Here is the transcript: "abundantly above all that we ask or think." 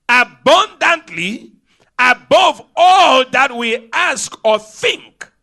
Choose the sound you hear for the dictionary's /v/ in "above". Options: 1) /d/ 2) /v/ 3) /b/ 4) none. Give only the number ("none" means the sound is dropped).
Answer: 2